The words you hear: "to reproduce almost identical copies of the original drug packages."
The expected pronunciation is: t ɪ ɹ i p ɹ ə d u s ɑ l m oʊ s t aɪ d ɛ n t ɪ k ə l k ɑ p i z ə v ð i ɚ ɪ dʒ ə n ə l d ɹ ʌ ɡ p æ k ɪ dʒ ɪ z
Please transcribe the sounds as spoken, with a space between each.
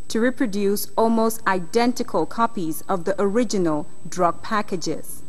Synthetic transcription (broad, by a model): t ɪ ɹ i p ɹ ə d u s ɑ l m oʊ s t aɪ d ɛ n t ɪ k ə l k ɑ p i z ə v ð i ɚ ɪ dʒ ə n ə l d ɹ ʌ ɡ p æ k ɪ dʒ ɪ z